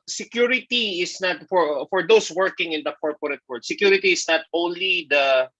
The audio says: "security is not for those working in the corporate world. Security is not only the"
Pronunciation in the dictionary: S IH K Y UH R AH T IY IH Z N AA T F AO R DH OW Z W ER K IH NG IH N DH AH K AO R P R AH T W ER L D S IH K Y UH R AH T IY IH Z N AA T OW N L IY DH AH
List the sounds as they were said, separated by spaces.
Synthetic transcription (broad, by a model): S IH K Y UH R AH T IY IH S N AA T F AO R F OW S W ER K IH NG IH N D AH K AO R P R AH T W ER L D S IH K Y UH R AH T IY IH S N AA T OW N L IY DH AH